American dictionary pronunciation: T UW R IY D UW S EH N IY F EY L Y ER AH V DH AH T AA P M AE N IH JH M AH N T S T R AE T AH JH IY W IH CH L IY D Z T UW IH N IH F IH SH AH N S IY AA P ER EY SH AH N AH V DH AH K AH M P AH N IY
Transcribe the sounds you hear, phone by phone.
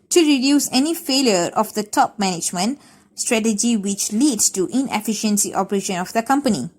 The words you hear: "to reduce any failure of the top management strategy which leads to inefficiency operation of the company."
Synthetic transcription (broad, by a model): T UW R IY D UW S EH N IY F EY L Y ER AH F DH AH T AA P M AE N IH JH M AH N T S T R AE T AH JH IY W IH CH L IY D S T UW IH N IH F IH SH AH N S IY AA P ER EY SH AH N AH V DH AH K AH M P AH N IY